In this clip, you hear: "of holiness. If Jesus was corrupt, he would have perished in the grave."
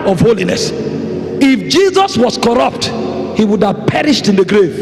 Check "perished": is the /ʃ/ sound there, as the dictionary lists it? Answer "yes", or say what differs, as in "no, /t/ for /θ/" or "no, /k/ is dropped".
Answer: yes